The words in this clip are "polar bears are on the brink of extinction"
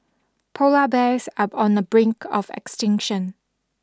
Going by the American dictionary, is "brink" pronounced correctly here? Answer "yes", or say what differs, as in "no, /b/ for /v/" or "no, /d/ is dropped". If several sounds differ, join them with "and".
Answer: yes